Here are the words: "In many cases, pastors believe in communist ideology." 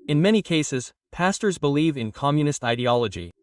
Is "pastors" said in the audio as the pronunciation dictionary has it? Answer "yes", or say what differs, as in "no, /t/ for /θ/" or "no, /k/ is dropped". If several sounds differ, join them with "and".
yes